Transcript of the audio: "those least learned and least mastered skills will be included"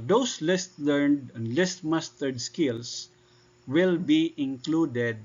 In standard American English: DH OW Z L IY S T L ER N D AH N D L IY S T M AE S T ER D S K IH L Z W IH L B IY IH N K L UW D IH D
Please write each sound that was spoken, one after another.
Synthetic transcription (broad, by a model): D OW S L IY S T L ER N D AH N D L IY S T M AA S T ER D S K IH L S W IH L B IY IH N K L UW D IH D